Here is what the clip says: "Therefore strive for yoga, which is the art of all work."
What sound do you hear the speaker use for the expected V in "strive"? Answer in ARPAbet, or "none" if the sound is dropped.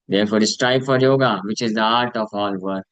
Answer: B